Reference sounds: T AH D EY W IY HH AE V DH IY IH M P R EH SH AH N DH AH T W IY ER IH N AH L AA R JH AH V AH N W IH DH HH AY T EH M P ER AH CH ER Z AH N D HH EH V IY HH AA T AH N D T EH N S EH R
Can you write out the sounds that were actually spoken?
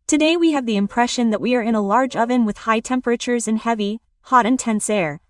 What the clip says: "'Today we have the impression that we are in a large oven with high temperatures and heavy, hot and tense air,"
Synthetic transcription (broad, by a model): T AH D EY W IY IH V DH IY IH M P R EH SH AH N DH AH T W IY ER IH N AH L AA R JH AH V AH N W IH DH HH AY T EH M P ER AH CH ER Z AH N HH EH V IY HH AA T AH N T EH N S EH R